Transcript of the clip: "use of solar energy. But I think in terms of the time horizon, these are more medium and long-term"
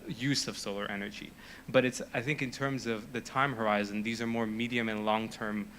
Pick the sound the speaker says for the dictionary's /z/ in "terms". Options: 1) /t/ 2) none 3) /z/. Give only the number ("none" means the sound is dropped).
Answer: 3